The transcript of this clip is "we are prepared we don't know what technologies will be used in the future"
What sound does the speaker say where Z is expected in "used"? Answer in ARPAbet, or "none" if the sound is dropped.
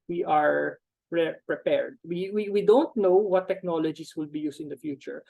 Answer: S